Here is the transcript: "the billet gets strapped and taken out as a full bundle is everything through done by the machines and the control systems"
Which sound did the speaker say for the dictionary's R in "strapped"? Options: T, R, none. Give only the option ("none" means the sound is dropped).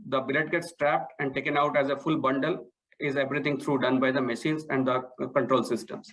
R